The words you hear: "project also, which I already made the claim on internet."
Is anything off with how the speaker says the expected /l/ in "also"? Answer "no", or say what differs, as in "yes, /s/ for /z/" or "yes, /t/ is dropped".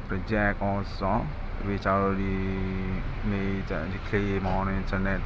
yes, /l/ is dropped